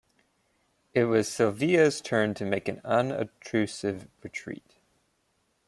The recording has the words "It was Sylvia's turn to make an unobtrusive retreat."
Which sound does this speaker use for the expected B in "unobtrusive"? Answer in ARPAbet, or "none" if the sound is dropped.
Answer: none